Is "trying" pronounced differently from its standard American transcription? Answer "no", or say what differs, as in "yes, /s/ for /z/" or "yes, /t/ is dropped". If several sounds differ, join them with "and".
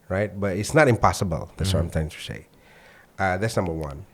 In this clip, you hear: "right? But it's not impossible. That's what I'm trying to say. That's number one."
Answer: yes, /ɹ/ is dropped